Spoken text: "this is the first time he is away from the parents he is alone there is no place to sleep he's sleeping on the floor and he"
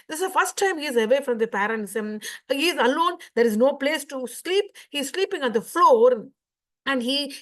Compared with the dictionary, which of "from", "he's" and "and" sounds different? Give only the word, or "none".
none